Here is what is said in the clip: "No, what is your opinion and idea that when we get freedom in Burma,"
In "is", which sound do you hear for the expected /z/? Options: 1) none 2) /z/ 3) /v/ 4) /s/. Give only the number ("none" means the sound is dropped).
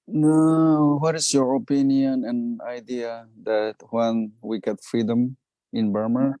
4